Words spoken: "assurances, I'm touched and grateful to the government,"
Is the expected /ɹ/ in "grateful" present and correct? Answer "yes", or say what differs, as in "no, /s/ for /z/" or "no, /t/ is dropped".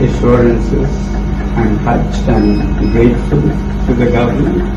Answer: no, /ɹ/ is dropped